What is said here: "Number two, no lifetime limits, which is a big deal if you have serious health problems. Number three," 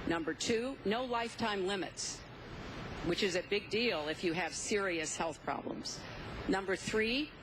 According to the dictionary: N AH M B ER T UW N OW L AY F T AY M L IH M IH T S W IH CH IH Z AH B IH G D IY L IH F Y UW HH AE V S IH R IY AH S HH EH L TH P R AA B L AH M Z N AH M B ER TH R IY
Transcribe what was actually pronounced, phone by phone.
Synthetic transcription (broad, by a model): N AH M B ER T UW N OW L AY F T AY M L IH M IH T S W IH CH IH Z AH B IH G D IY L IH F Y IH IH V S IH R IY AH S HH EH L TH P R AA B L AH M Z N AH M B ER TH R IY